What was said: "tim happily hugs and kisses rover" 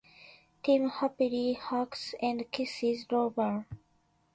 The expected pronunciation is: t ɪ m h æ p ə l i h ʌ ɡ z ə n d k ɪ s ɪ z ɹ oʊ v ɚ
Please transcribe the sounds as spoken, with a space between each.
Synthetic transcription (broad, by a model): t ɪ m h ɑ p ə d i h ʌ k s ə n d k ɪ s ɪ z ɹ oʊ b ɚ